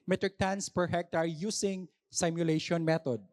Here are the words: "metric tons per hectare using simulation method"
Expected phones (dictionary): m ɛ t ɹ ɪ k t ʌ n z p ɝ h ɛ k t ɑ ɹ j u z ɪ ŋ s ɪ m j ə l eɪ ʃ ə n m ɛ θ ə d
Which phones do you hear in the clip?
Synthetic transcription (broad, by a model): m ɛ t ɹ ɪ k t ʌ n s p ɝ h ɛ k t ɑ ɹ j u s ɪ ŋ s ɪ m j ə l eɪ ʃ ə n m ɛ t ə d